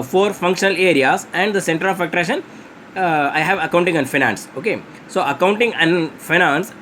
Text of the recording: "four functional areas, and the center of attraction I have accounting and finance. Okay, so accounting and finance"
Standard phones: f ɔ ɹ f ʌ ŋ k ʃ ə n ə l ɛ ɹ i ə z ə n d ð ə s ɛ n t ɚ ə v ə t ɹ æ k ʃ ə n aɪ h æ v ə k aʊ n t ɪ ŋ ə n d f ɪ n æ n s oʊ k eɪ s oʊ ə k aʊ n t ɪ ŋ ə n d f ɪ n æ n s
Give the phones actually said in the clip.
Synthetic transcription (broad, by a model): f ɔ ɹ f ʌ ŋ k ʃ ə n ə l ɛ ɹ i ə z ə n d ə s ɛ n t ɚ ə f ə t ɹ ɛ ʃ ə n aɪ h æ v ə k aʊ n t ɪ ŋ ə n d f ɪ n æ n s oʊ k eɪ s oʊ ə k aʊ n t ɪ ŋ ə n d f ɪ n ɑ n s